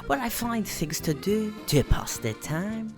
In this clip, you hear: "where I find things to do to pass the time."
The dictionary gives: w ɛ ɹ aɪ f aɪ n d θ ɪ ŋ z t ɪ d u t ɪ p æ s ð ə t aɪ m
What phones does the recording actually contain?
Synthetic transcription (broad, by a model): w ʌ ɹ aɪ f aɪ n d θ ɪ ŋ z t ɪ d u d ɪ p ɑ s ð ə t aɪ m